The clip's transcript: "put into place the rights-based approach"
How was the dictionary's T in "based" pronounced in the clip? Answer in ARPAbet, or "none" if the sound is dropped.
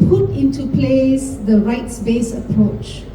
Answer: none